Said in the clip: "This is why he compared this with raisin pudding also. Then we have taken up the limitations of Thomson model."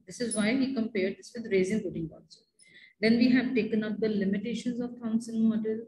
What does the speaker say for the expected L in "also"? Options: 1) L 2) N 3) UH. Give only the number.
2